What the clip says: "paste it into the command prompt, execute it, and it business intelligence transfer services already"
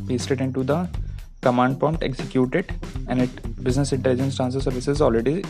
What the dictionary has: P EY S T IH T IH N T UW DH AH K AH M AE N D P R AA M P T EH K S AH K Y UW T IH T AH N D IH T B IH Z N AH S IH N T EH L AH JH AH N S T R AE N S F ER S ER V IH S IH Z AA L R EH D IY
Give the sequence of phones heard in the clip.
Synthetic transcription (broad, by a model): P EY S T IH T IH N T UW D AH K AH M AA N D P AA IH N T EH K S AH K Y UW T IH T AH N D IH T B IH Z N AH S IH N T EH L AH JH AH N S T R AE N S ER S ER V IH S IH Z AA L R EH D IY